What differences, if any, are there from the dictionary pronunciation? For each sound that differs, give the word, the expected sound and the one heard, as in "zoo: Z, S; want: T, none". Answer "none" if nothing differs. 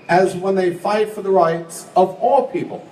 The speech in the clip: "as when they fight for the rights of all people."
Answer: none